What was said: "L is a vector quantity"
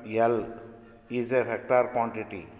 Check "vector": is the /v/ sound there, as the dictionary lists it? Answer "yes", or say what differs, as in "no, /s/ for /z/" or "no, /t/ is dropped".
no, /f/ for /v/